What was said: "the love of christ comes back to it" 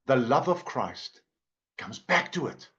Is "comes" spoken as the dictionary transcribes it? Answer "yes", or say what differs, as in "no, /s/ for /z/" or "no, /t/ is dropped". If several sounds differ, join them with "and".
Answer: yes